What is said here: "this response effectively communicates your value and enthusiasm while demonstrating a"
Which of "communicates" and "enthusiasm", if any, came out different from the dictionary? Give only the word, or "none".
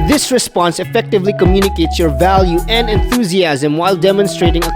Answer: none